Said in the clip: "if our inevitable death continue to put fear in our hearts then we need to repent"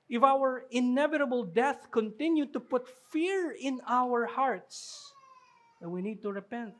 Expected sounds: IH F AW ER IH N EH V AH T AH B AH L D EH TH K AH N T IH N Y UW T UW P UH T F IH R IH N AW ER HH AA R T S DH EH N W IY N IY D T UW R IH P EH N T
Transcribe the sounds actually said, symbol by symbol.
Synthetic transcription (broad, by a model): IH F AW ER IH N EH V AH T AH B AH L D EH TH K AH N T IH N Y UW T UW P UH T F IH R IH N AW ER HH AA R T S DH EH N W IY N IY D T UW R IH P EH N T